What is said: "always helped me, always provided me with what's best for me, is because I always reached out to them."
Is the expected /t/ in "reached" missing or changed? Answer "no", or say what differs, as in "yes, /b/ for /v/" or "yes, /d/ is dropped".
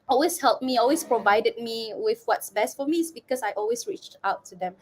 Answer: no